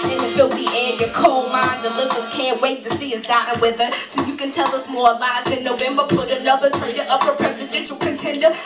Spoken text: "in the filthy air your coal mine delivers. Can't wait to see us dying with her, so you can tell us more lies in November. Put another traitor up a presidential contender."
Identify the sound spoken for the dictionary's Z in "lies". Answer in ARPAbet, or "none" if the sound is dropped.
S